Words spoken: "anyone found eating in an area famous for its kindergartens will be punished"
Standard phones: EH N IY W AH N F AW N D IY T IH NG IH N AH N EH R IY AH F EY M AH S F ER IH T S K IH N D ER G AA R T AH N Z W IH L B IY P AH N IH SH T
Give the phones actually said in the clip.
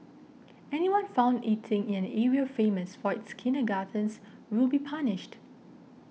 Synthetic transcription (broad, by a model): EH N IY W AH N F AW N D IY T IH NG IH N AH N EH R IY AH F EY M AH S F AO IH T S K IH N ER G AA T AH N S W IH L B IY P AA N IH SH T